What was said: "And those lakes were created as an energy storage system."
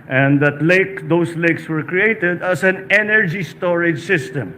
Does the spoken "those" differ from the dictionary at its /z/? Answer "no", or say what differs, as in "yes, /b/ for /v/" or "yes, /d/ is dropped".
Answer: yes, /s/ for /z/